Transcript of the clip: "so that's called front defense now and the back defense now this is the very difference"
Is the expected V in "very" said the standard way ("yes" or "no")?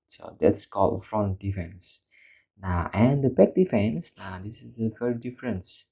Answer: no